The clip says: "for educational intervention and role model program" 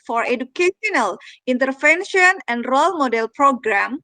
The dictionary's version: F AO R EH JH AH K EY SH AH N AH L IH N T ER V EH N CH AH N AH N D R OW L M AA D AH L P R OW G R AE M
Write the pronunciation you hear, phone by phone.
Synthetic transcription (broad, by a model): F AO R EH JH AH K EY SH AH N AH L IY N T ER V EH N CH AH N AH N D R OW L M AA D AH L P R OW G R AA M